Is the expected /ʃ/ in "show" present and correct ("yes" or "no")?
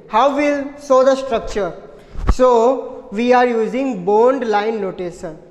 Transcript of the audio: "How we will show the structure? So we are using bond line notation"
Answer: no